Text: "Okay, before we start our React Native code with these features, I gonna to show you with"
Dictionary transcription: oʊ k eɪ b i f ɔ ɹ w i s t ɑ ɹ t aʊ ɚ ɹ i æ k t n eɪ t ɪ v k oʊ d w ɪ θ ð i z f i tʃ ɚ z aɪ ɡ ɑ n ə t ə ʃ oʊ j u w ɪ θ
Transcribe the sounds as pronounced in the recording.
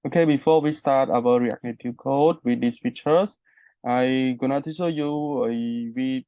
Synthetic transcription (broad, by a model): oʊ k eɪ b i f ɔ w i s t ɑ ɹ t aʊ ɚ ɹ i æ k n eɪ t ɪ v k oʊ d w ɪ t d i s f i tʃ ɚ s aɪ ɡ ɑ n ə t ə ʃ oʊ j u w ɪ